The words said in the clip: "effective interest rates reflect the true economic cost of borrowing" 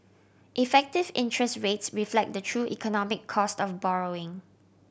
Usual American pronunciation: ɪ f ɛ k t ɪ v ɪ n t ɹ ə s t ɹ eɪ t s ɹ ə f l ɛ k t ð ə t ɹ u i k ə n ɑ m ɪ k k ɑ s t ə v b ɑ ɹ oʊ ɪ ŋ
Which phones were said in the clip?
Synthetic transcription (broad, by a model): ɪ f ɛ k t ɪ v ɪ n t ɹ ə s t ɹ eɪ t s ɹ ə f l ɛ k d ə t ɹ u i k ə n ɑ m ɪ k k ɑ s t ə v b ɑ ɹ oʊ ɪ ŋ